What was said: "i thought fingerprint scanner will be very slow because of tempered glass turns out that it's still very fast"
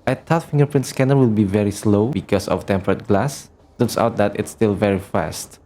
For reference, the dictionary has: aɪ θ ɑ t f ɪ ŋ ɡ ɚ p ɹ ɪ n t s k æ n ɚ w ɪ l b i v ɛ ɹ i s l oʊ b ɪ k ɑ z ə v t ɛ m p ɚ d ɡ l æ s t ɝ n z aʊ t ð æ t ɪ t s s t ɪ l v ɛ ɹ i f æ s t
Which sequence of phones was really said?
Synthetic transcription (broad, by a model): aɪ t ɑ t f ɪ ŋ ɡ ɚ p ɹ ɪ n t s k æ n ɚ w ɪ l b i v ɛ ɹ i s l oʊ b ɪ k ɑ s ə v t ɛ m p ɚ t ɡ l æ s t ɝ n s aʊ t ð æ t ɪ t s s t ɪ l v ɛ ɹ i f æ s t